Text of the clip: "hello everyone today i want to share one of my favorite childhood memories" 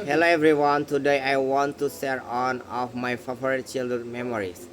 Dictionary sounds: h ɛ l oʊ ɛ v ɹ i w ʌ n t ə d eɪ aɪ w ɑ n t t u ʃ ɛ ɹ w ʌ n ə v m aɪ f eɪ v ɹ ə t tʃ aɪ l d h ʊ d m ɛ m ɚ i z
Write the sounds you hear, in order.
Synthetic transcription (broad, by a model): h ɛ l oʊ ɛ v ɹ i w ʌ n t ə d eɪ aɪ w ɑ n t t u s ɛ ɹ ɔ n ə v m aɪ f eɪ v ɹ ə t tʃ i l d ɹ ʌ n m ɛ m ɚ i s